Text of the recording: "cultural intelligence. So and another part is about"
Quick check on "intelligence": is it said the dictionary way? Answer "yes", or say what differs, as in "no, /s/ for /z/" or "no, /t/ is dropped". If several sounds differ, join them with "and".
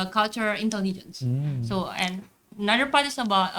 yes